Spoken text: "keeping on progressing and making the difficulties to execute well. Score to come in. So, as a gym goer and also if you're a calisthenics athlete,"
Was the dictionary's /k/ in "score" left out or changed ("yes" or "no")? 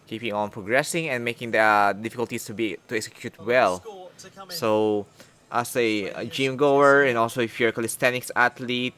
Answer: yes